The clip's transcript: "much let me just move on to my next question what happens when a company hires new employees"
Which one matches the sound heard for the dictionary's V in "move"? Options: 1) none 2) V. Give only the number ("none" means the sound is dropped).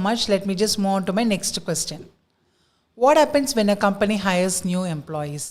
1